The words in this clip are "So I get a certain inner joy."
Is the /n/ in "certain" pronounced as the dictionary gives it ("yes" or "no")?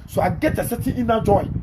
no